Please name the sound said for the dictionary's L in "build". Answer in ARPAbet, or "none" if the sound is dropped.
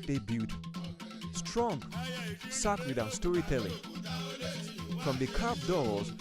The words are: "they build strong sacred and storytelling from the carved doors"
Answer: none